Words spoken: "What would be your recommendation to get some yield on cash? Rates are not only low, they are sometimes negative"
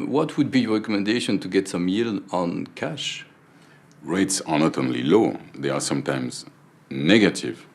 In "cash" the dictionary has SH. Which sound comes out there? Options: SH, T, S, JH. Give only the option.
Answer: SH